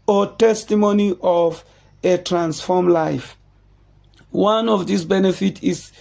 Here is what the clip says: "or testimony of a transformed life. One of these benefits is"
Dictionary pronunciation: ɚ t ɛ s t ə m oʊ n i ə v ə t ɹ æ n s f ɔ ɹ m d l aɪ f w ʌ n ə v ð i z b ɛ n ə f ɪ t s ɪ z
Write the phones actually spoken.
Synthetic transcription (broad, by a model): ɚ t ɛ s t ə m oʊ n i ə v ə t ɹ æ n s f ɔ m l aɪ f w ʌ n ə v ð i s b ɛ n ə f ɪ t ɪ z